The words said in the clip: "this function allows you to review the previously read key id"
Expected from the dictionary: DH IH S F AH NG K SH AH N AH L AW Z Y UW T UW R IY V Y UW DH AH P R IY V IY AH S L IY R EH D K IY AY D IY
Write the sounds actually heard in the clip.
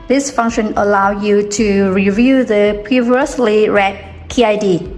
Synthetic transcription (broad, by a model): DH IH S F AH NG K SH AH N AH L AW Y UW T UW R IY V Y UW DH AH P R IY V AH S L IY R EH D K IY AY D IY